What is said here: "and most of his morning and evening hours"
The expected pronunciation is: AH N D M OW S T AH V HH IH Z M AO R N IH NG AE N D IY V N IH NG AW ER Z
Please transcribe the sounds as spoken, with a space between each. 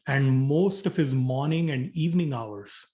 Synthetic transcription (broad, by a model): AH N D M OW S T AH V HH IH Z M AO R N IH NG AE N D IY V N IH NG AW ER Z